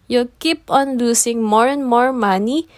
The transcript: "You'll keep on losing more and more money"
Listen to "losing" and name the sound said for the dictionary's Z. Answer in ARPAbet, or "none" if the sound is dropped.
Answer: S